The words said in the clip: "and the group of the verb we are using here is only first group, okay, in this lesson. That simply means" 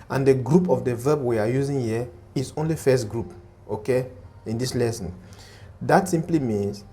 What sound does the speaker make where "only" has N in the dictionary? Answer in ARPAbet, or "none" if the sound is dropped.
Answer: N